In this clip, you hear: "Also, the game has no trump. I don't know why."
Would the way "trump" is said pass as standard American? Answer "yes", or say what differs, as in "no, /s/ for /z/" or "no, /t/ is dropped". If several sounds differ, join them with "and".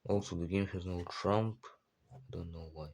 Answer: yes